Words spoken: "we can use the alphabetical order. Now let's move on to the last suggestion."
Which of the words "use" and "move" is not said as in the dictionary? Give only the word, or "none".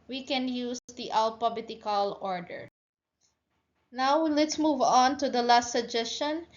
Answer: none